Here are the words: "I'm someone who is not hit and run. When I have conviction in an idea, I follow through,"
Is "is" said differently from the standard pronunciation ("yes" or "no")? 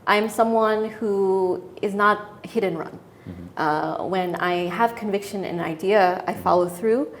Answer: no